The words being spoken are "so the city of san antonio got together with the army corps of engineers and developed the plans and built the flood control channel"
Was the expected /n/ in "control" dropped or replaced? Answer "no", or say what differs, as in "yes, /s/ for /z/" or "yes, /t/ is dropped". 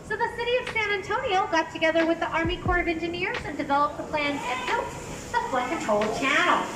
yes, /n/ is dropped